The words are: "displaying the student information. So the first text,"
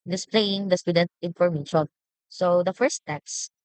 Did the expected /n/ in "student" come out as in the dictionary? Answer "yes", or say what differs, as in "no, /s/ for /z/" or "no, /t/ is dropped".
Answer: yes